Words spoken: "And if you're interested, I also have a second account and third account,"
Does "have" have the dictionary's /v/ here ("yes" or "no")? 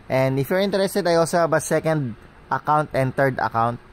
no